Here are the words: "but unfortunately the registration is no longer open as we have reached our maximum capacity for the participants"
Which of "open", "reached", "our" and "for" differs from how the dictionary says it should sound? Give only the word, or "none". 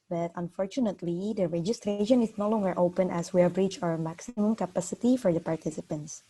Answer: reached